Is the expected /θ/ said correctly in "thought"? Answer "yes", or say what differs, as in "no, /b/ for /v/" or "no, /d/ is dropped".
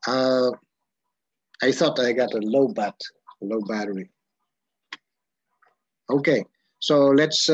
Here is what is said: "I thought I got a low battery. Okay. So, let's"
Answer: yes